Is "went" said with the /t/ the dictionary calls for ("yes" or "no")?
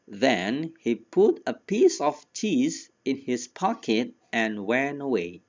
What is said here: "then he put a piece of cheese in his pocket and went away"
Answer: no